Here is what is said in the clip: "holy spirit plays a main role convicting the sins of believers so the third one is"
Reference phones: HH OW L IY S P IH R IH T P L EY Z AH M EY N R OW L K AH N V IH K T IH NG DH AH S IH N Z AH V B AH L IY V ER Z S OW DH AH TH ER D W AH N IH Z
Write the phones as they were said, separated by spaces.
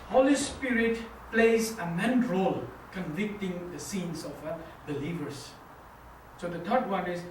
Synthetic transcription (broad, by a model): HH OW L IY S P IH R IH T P L EY Z AH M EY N R OW L K AH N V IH K T IH NG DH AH S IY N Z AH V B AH L IY V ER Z S OW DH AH T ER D W AH N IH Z